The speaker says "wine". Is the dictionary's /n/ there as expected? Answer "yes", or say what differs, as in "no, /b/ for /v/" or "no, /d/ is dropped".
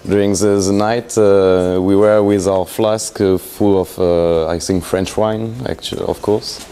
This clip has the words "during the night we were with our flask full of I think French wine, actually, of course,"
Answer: yes